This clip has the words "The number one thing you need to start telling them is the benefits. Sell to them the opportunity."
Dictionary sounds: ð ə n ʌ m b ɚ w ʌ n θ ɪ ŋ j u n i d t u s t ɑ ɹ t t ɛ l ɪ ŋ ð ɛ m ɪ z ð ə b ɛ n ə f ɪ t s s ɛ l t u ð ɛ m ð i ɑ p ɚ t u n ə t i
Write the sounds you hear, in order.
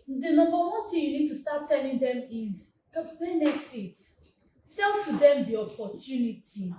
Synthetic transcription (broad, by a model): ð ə n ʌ m b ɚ w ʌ n t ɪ j u n i d t u s t ɑ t t ɛ l ɪ ŋ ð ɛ m ɪ z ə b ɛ n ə f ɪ t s s ɛ l t u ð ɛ m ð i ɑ p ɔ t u n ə t i